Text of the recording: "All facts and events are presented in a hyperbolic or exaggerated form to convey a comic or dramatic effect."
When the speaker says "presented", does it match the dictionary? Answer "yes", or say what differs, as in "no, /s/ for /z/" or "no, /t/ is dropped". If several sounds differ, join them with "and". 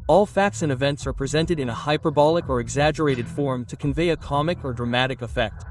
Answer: yes